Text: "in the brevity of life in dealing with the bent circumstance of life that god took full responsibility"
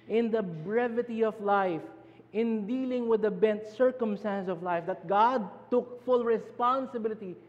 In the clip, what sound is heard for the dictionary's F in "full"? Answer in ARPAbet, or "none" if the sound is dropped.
F